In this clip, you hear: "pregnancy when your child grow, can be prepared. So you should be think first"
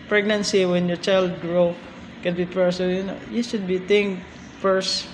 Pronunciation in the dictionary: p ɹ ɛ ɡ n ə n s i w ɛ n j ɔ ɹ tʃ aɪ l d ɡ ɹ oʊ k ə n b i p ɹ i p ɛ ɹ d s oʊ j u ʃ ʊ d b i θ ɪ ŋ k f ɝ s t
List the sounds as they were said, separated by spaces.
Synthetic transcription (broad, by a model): p ɹ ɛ ɡ n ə n s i w ɛ n j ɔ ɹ tʃ aɪ l d ɡ ɹ oʊ k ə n b i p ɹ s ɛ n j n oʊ j u ʃ ʊ d b i t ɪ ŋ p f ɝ s